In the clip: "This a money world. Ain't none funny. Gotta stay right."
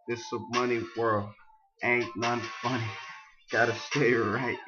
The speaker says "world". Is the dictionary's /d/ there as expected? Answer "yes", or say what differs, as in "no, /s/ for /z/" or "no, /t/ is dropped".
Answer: no, /d/ is dropped